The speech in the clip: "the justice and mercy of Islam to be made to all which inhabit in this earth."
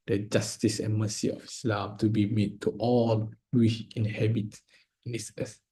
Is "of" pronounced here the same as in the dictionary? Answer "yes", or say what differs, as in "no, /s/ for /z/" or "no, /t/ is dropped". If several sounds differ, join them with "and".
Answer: no, /f/ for /v/